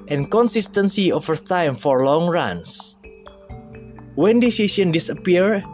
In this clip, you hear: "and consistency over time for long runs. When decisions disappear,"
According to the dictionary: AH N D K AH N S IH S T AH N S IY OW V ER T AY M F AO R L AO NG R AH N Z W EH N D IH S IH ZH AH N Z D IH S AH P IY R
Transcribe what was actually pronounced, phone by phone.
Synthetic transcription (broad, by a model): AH N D K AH N S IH S T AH N S IY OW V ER T AY M F AO R L AO NG R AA N S W EH N D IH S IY S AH N D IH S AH P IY R